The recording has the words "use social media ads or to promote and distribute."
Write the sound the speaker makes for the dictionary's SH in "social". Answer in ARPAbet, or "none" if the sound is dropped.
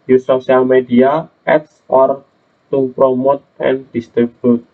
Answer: none